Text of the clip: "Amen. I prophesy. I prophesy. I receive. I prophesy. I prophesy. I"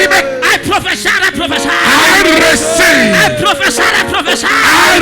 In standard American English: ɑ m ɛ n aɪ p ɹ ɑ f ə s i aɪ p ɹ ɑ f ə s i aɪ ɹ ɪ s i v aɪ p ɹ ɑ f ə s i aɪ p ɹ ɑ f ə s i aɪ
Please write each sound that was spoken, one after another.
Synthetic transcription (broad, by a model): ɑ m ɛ aɪ p ɹ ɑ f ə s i aɪ p ɹ ɑ f ə s i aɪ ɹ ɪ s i aɪ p ɹ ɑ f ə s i aɪ p ɹ ɑ f ə s i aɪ